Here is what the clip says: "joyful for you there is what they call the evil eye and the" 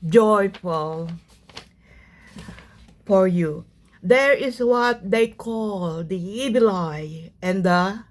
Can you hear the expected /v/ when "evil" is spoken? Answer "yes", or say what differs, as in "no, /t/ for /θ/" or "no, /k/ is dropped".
no, /b/ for /v/